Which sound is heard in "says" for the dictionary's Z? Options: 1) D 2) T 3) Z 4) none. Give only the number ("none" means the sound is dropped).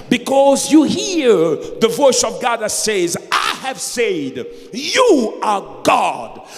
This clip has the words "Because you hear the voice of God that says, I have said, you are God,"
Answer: 3